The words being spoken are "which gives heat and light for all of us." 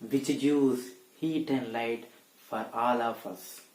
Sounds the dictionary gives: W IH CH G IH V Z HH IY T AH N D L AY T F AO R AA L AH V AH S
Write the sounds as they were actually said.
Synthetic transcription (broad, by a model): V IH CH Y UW Z HH IY T AH N D L AY T F AO R AA L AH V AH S